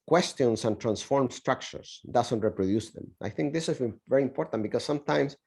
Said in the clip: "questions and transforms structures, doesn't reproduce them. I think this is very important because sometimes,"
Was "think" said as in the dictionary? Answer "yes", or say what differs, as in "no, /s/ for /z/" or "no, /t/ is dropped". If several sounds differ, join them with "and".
yes